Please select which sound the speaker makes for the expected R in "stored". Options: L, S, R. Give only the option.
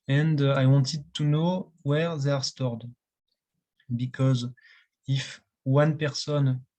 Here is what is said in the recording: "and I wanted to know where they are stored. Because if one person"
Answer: R